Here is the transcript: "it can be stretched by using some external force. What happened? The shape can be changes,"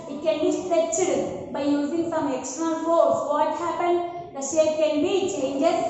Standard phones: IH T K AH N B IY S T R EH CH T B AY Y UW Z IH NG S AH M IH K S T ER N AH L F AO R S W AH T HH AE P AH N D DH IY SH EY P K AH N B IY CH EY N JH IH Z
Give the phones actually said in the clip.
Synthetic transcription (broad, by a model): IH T K AH N B IY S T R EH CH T B AY Y UW Z IH NG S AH M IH K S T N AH N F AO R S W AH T HH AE P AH N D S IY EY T K AH N B IY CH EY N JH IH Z